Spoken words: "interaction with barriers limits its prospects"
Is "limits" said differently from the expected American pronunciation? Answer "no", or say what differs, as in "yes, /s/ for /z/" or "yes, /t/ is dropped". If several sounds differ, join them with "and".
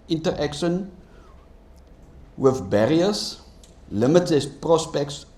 yes, /s/ is dropped